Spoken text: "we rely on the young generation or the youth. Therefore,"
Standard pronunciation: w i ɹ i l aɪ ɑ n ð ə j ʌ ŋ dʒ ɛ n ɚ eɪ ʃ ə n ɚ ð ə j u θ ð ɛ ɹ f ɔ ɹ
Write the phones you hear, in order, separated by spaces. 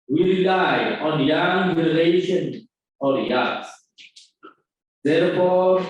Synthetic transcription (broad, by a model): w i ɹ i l aɪ ɑ n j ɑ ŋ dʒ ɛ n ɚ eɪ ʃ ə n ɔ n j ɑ s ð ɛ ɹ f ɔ